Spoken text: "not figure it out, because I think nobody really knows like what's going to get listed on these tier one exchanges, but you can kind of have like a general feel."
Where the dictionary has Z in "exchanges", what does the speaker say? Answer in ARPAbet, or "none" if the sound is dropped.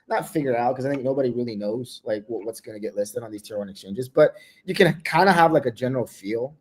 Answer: Z